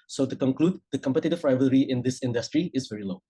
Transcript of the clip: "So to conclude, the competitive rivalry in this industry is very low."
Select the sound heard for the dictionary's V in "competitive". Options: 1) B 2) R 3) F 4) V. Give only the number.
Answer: 3